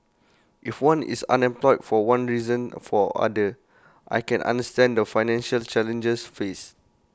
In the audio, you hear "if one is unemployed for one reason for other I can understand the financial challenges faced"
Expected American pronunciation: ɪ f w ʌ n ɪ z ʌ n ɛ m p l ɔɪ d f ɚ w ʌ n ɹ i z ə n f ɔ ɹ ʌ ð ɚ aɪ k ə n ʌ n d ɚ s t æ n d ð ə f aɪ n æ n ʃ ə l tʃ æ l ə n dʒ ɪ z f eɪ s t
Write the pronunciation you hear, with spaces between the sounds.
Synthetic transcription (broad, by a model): ɪ f w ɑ n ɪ s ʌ n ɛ m p l ɔɪ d f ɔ w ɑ n ɹ i z ə n f ɔ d ʌ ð aɪ k ə n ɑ n d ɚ s t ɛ n d ə f aɪ n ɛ n ʃ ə l tʃ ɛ l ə n dʒ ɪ s f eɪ s